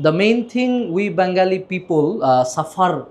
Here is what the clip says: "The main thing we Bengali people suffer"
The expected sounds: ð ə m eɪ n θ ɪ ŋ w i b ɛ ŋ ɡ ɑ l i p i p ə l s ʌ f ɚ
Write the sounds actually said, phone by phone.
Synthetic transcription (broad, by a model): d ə m eɪ n t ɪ ŋ w i b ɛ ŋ ɡ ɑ l i p i p ə l s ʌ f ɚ